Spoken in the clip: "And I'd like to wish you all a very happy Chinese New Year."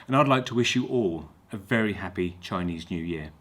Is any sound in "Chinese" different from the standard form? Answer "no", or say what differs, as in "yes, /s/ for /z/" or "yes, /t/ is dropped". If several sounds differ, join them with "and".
no